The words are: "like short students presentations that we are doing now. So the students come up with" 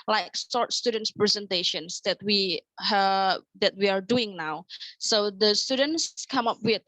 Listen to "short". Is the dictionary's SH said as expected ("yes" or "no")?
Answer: no